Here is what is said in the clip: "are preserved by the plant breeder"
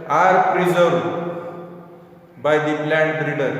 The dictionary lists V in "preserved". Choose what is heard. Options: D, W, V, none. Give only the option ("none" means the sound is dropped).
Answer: none